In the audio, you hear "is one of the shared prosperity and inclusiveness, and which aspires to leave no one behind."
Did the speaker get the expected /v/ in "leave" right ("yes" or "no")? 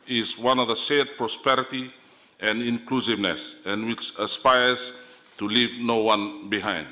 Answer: yes